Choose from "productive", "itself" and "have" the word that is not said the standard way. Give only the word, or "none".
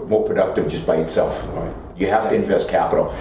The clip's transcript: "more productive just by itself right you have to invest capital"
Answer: have